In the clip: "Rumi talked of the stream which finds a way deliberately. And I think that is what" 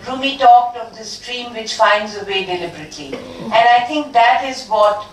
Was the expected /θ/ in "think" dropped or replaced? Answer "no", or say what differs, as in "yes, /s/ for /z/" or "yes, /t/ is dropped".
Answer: yes, /t/ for /θ/